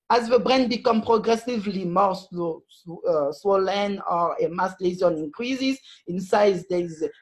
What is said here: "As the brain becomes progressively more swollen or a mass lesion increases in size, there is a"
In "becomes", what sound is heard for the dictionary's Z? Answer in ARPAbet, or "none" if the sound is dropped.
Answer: none